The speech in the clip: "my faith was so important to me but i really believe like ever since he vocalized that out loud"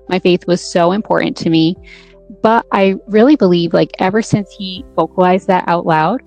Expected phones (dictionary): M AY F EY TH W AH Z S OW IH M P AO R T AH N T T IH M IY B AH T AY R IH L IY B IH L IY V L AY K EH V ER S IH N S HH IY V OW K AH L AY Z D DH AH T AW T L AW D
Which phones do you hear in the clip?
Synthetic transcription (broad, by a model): M AY F EY TH W AH Z S OW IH M P AO R T N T T IH M IY B AH T AY R IH L IY B IH L IY V L AY K EH V ER S IH N S HH IY F OW K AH L AY Z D DH AH T AW T L AW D